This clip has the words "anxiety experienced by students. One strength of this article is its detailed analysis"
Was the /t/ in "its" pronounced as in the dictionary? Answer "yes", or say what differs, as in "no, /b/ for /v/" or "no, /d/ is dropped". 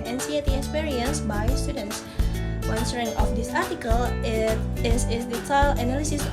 no, /s/ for /t/